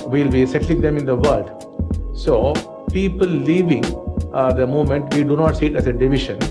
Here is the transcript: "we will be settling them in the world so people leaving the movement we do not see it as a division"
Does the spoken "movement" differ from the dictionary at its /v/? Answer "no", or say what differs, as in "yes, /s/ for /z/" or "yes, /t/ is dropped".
yes, /v/ is dropped